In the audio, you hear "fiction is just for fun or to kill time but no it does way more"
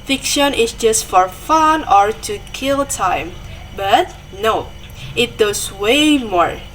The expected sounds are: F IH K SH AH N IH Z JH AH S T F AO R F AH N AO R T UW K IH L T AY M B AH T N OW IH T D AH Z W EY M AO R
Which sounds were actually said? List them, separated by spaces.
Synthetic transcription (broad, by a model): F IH K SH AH N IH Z JH AH S T F AO R F AH N AO R T UW K IH L T AY M B AH T N OW IH T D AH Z W EY M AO R